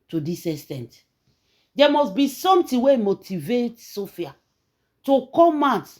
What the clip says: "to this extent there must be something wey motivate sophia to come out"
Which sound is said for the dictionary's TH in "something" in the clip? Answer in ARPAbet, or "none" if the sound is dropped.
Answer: T